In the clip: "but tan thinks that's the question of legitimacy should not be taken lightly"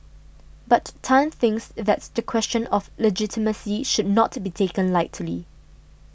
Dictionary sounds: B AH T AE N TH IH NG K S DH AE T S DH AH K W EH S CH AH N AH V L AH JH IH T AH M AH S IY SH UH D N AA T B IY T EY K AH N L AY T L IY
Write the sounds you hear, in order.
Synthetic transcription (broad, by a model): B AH T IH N TH IH NG K S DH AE T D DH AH K W EH S CH AH N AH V L AH JH IH T AH M AH S IY SH UH D N AA T B IY T EY K AH N L AY T L IY